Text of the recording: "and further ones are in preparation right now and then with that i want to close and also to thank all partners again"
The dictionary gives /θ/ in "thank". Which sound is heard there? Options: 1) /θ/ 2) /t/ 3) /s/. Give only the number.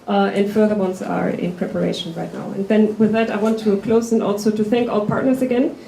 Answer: 1